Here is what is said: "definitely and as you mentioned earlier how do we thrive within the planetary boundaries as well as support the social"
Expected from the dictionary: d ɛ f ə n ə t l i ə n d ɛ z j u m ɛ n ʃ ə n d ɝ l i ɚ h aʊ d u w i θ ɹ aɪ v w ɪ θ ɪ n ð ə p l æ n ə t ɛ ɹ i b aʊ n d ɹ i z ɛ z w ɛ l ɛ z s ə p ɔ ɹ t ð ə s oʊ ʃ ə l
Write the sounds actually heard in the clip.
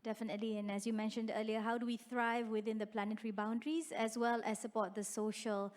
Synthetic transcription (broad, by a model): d ɛ f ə n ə t l i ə n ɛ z j u m ɛ n ʃ ə n d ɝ l i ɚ h aʊ d u w i θ ɹ aɪ v w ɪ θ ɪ n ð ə p l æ n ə t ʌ ɹ i b aʊ n d ɹ i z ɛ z w ɛ l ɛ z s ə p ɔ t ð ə s oʊ ʃ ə l